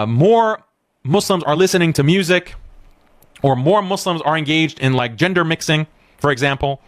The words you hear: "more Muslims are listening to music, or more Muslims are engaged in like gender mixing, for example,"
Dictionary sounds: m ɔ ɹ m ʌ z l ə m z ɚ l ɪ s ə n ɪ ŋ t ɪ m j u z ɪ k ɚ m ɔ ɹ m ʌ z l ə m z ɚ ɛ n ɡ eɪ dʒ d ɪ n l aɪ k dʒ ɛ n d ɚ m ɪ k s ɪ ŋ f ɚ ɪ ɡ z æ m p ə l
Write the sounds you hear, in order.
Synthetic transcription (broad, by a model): m ɔ ɹ m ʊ s l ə m z ɚ l ɪ s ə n ɪ ŋ t ɪ m j u z ɪ k ɚ m ɔ ɹ m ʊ s l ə m z ɚ ɛ n ɡ eɪ dʒ d ɪ n l aɪ k dʒ ɛ n d ɚ m ɪ k s ɪ ŋ f ɚ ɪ ɡ z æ m p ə l